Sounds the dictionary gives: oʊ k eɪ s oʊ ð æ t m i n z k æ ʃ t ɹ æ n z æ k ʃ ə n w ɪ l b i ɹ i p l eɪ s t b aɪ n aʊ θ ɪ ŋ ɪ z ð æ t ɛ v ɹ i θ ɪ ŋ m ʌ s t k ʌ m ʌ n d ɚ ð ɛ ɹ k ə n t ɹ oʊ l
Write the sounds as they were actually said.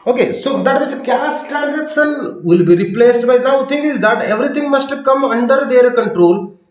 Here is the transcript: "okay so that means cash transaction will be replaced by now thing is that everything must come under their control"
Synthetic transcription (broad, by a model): oʊ k eɪ s oʊ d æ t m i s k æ s t ɹ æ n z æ k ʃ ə n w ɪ l b i ɹ i p l eɪ s t b aɪ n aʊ t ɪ ŋ ɪ z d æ t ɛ v ɹ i t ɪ ŋ m ʌ s t k ʌ m ʌ n d ɚ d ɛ ɹ k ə n t ɹ oʊ l